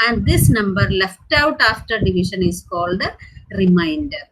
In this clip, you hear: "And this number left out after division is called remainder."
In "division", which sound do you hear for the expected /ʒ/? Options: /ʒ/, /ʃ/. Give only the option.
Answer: /ʃ/